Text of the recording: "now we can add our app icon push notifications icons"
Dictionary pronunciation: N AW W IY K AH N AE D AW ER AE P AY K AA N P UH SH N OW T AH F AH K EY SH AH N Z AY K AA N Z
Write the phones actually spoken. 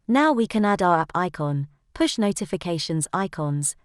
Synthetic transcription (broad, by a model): N AW W IY K AH N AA D AW ER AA P AY K AA N P UH SH N OW T AH F AH K EY SH AH N Z AY K AA N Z